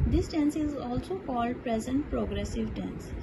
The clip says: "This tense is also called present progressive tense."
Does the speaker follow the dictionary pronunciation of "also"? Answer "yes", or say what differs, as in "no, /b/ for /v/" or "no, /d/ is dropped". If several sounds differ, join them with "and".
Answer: yes